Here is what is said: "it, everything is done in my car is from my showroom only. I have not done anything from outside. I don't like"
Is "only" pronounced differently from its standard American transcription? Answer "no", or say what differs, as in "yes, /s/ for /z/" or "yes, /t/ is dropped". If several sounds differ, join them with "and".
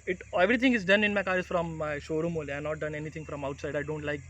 yes, /n/ is dropped